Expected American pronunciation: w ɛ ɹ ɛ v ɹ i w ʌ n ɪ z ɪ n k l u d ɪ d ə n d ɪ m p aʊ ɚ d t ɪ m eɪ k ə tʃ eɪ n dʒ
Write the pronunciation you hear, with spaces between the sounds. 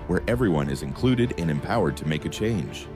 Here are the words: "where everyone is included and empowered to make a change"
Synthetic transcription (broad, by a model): w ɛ ɹ ɛ v ɹ i w ʌ n ɪ z ɪ n k l u d ɪ d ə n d ɪ m p aʊ ɚ d t ɪ m eɪ k ə tʃ eɪ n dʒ